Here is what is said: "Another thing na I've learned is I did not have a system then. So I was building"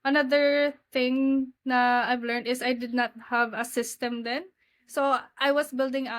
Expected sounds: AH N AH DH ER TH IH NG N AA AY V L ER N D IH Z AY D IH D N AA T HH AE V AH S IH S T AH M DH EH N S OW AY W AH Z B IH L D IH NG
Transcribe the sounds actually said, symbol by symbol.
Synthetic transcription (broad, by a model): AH N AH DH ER TH IH NG N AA AY V L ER N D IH S AY D IH D N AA T HH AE V AH S IH S T AH M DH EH N S OW AY W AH S B IH L D IH NG